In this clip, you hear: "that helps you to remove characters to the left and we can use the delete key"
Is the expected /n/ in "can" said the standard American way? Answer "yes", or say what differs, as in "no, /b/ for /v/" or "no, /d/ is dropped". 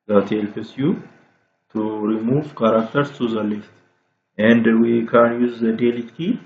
yes